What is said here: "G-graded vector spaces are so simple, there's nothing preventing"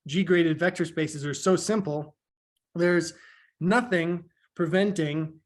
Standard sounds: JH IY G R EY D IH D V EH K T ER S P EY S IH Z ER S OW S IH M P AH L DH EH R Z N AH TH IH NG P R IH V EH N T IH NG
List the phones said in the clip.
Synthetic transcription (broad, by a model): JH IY G R EY D IH D V EH K T ER S P EY S IH Z ER S OW S IH M P L DH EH R Z N AH TH IH NG P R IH V EH N T IH NG